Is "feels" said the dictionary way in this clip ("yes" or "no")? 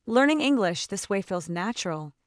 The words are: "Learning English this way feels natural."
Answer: yes